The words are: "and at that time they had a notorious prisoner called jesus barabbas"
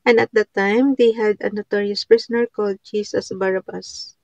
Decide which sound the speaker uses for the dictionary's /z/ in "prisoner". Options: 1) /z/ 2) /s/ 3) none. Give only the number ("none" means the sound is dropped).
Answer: 2